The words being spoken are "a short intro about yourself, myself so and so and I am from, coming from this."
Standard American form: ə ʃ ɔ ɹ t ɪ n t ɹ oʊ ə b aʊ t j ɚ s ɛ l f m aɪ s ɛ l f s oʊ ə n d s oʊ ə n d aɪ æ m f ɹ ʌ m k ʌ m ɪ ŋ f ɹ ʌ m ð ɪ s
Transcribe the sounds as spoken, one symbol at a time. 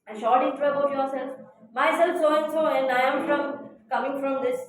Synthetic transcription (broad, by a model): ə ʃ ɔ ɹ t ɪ t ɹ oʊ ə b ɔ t j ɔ s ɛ l f m aɪ s ɛ l f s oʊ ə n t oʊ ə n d aɪ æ m f ɹ ʌ m k ʌ m ɪ ŋ f ɹ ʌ m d ɪ s